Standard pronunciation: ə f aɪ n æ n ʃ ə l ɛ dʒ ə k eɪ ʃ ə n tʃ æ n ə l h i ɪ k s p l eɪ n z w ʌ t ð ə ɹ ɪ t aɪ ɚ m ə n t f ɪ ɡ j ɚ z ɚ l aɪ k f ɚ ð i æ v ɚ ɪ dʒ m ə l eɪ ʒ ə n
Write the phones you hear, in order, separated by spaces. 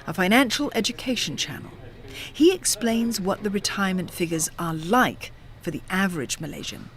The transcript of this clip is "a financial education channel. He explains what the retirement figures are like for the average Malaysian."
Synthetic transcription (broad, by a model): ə f aɪ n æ n ʃ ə l ɛ dʒ ə k eɪ ʃ ə n tʃ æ n l h i ɪ k s p l eɪ n z w ʌ t ð ə ɹ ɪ t aɪ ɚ m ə n t f ɪ ɡ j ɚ z ɚ l aɪ k f ɚ ð i æ v ɚ ɪ dʒ m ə l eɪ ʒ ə n